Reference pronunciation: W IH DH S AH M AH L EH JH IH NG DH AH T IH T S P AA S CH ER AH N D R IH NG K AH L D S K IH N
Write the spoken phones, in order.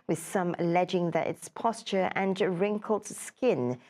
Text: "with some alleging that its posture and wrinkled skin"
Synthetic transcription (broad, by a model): W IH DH S AH M AH L EH JH IH NG DH AH T IH T S P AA S CH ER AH N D R IH NG K AH L D S K IH N